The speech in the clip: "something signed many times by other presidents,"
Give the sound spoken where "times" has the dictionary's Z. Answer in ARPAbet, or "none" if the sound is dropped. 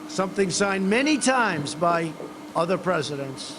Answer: Z